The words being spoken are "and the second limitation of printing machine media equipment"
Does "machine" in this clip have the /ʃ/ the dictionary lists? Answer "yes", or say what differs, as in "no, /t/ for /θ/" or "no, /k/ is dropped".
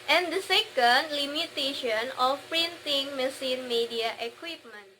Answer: no, /s/ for /ʃ/